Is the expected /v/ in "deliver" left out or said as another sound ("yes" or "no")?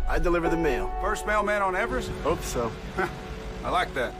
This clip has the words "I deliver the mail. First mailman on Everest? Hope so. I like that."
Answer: no